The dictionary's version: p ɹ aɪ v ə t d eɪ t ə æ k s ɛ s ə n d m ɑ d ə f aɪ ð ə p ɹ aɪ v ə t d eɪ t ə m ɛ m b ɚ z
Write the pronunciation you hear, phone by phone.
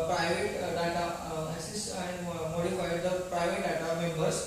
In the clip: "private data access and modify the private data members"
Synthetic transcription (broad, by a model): p ɹ aɪ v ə t d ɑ t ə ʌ s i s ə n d m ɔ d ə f aɪ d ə p ɹ aɪ v ə t d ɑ t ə m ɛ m b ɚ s